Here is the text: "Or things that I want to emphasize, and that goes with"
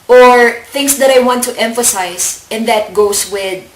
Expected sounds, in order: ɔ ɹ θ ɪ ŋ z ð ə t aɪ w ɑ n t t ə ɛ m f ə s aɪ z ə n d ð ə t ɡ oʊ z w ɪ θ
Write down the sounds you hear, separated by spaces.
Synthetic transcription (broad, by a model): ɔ ɹ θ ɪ ŋ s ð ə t aɪ w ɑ n t t ɛ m f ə s aɪ s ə n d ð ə t ɡ oʊ s w ɪ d